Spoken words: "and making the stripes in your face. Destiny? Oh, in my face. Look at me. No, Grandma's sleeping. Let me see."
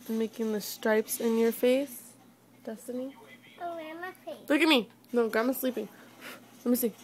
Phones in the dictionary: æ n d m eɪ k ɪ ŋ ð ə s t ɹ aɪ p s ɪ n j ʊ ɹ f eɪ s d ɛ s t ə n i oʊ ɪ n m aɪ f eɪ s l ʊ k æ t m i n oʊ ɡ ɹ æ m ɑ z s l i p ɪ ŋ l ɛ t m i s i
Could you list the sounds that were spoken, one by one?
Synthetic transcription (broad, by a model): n m eɪ k ɪ ŋ ð ə s t ɹ aɪ p s ɪ n j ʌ ɹ f eɪ s d ɛ s t ə n i oʊ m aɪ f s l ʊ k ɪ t m i n oʊ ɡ ɑ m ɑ s l i p ɪ ŋ l ɛ t m i s i